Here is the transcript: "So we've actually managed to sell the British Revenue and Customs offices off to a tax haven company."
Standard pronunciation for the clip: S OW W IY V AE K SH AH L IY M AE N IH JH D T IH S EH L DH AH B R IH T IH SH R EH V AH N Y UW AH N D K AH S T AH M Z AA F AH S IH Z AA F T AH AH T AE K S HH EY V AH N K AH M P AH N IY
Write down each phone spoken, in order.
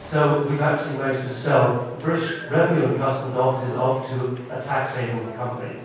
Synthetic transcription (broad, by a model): S OW W IY V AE K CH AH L IY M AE IH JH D T IH S EH L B R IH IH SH R EH V AH N Y UW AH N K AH S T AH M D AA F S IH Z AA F T AH AH T AE K S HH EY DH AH K AH M P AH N IY